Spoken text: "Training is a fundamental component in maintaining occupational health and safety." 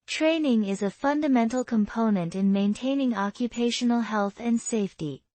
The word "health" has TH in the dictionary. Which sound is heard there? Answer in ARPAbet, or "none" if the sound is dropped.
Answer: TH